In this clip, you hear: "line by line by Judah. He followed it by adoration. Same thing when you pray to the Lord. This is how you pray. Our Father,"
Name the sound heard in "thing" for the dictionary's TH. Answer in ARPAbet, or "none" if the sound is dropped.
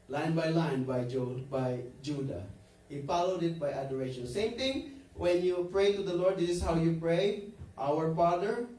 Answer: T